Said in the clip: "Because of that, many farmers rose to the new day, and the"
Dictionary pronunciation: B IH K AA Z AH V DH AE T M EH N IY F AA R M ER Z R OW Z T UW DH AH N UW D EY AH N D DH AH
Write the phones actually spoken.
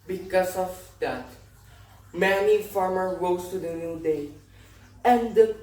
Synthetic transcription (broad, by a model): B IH K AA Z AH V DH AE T M EH N IY F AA R M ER R OW S T UW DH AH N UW D EY AH N D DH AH